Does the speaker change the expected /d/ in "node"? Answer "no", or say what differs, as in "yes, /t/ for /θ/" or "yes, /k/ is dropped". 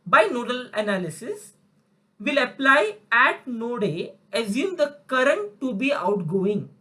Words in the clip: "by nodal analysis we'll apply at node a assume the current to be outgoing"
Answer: no